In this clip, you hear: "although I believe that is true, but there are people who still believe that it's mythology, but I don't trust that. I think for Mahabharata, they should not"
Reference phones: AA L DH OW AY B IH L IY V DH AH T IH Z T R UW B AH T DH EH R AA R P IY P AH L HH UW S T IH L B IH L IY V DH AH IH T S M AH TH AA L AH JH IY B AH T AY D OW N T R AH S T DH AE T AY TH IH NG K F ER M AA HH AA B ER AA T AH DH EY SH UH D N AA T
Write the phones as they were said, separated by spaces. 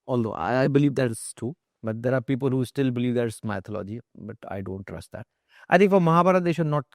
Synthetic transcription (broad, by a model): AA L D OW AY B IH L IY V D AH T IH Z T UW B AH T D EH R AA R P IY P AH L HH UW S T IH L B IH L IY V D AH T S M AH T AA L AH JH IY B AH T AY D OW N T R AH S T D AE T AY T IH NG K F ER M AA HH AA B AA T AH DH EY SH UH D N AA T